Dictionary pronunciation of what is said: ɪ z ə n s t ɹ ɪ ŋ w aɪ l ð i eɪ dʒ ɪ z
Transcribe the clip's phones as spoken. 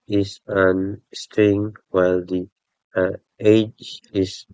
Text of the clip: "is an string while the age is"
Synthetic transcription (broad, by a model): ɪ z ə n s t ɪ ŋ w aɪ l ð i eɪ dʒ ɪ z